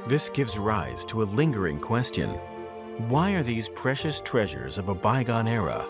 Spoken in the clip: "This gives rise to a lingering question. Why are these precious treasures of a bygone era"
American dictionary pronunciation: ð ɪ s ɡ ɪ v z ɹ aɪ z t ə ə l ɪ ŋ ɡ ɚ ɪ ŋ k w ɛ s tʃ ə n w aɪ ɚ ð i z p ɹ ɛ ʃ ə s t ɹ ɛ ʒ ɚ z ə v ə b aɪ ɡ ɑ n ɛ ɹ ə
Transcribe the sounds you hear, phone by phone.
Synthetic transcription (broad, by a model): ð ɪ s ɡ ɪ v z ɹ aɪ z t ə ə l ɪ ŋ ɡ ɚ ɪ ŋ k w ɛ s tʃ ə n w aɪ ɚ ð i z p ɹ ɛ ʃ ə s t ɹ ɛ ʒ ɚ z ə v ə b aɪ ɡ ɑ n ɛ ɹ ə